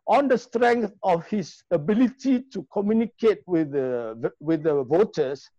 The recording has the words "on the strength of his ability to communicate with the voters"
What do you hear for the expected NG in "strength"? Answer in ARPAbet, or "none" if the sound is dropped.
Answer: NG